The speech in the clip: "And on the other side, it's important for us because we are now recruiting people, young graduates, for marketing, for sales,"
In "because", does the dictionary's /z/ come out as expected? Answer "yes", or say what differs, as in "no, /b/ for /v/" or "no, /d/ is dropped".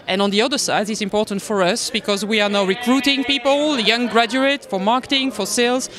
yes